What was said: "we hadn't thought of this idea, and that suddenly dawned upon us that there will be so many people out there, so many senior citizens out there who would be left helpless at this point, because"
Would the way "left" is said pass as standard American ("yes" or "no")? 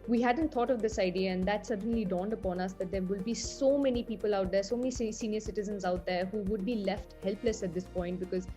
yes